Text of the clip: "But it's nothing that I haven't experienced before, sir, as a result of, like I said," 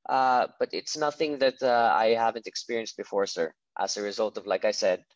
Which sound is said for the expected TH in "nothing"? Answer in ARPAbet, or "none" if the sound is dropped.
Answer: TH